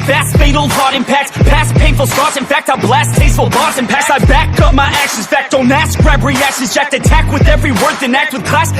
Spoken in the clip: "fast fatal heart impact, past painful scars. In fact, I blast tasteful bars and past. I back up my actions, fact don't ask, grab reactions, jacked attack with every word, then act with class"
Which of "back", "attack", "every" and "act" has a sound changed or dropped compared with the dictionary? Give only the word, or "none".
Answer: none